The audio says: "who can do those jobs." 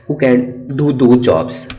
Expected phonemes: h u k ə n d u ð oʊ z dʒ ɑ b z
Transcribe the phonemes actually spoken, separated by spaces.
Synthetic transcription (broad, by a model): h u k ə n d u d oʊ dʒ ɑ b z